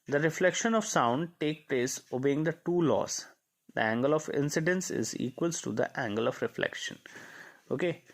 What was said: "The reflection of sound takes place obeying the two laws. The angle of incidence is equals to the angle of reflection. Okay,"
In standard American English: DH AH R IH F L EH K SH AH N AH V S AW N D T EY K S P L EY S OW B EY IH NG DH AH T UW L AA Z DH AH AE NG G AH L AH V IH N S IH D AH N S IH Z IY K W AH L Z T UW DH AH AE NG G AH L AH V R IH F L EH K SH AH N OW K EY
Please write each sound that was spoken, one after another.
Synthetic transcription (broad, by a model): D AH R IH F L EH K SH AH N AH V S AW N D T EY K P L EY S OW B EY IH NG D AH T UW L AA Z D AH AE NG G AH L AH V IH N S IH D AH N S IH Z IY K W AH L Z T UW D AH AE NG G AH L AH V R IH F L EH K SH AH N OW K EY